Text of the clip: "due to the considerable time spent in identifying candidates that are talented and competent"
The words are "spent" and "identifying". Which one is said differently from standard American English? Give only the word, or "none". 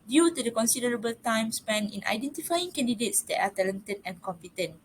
spent